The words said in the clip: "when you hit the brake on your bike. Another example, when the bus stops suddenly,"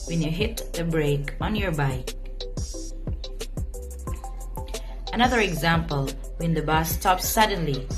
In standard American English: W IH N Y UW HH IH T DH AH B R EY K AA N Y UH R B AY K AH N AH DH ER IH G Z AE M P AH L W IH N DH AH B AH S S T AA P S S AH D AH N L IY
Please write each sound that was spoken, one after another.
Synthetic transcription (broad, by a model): W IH N Y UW HH IH T DH AH B R EY K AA N Y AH R B AY K AH N AH DH ER IH G Z AE M P AH L W IH N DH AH B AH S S T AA P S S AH D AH N L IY